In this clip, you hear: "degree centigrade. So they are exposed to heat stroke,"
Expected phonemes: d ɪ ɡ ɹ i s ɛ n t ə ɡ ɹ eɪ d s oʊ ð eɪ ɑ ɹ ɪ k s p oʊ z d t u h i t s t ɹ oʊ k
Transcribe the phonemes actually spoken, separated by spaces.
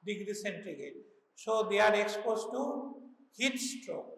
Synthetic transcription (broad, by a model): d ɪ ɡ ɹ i s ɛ n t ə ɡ eɪ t s oʊ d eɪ ɑ ɹ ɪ k s p oʊ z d t u h i t s t ɹ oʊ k